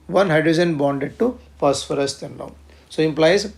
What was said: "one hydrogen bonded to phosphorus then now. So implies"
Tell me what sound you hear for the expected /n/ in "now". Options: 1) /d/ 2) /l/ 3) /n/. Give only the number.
2